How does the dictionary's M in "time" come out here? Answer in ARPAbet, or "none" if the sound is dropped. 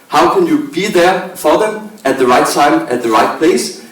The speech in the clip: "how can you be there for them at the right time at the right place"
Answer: M